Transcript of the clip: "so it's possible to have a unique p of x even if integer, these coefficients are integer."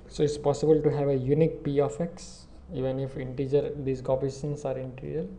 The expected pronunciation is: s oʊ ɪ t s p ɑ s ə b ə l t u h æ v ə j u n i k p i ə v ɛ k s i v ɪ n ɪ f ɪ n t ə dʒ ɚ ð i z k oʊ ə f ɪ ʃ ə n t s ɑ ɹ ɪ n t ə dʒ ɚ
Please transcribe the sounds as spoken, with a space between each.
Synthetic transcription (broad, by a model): s oʊ ɪ t s p ɑ s ə b ə l t u h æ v ə j u n i k p i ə f ɛ k s i v ɪ n ɪ f ɪ n t ə dʒ ɚ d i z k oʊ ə p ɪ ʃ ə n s ɑ ɹ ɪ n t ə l